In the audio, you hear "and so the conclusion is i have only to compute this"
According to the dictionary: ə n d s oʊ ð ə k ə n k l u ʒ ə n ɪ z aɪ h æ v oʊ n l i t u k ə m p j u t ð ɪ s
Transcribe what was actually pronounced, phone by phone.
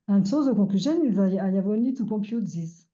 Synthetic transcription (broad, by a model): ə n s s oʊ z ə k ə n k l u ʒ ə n ɪ z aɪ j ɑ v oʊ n i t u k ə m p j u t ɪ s